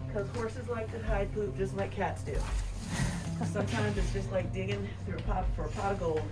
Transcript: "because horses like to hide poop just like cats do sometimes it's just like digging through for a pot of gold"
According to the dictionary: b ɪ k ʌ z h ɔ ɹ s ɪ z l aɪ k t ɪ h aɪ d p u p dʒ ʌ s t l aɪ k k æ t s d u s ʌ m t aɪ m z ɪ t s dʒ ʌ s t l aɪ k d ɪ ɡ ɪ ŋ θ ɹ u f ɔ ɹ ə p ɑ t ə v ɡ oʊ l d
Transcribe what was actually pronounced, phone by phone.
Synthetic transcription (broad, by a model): k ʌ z h ɔ ɹ s ɪ z l aɪ k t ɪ h aɪ d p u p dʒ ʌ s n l aɪ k k æ t s d u s ʌ m t aɪ m z ɪ t s dʒ ʌ s t l aɪ k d ɪ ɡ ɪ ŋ θ ɹ u p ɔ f ə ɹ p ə ɡ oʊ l